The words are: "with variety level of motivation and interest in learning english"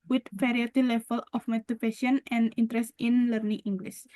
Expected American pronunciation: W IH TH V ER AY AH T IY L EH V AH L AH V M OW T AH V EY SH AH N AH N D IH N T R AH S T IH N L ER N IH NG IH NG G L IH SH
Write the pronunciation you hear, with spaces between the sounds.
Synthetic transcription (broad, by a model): W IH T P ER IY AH T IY L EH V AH L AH F M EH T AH P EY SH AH N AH N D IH N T R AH S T IH N L ER N IH NG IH NG G L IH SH